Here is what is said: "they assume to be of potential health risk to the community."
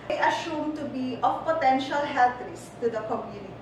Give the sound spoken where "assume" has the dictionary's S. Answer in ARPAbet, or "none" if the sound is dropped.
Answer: SH